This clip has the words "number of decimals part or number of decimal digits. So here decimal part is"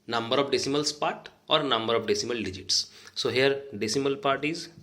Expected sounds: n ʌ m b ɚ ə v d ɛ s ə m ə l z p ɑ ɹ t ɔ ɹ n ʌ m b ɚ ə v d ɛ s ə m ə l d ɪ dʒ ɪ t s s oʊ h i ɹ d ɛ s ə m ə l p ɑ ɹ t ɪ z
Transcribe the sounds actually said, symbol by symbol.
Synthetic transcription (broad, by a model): n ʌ m b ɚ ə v d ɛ s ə m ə l s p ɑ t ɔ ɹ n ʌ m b ɚ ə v d ɛ s ə m ə l d ɪ dʒ ɪ t s s oʊ h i ɹ d ɛ s ə m ə l p ɑ ɹ t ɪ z